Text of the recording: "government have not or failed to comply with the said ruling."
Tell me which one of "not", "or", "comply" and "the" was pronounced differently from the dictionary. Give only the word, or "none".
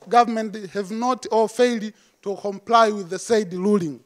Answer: or